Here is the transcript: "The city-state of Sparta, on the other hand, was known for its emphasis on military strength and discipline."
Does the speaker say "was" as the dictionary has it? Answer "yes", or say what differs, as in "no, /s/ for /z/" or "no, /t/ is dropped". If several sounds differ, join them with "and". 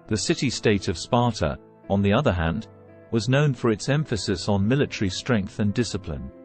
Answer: yes